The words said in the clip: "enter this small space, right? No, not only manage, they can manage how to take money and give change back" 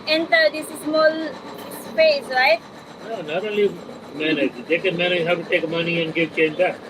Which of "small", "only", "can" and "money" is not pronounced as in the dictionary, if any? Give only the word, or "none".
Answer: only